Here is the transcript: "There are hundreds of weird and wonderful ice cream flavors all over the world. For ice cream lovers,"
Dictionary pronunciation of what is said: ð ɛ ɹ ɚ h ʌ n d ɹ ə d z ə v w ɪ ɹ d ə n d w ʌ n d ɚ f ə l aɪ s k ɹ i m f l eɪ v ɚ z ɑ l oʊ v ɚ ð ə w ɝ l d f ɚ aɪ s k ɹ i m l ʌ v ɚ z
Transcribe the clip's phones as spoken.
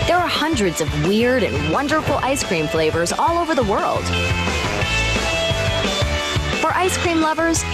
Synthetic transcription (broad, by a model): ð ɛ ɹ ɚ h ʌ n d ɹ ə d z ə v w ɪ ɹ d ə n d w ʌ n d ɚ f l aɪ s k ɹ i m f l eɪ v ɚ z ɑ l oʊ v ɚ ð ə w ɝ l d f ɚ aɪ s k ɹ i m l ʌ v ɚ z